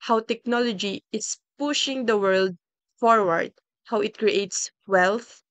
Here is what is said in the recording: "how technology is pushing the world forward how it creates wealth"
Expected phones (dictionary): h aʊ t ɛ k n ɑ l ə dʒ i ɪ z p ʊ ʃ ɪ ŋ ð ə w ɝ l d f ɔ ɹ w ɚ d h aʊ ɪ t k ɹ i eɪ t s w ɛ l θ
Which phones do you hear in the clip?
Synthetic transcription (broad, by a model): h aʊ t ɛ k n ɑ l ə dʒ i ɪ s p ʊ ʃ ɪ ŋ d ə w ɝ l d f ɔ ɹ w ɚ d h aʊ ɪ t k ɹ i eɪ t s w ɛ l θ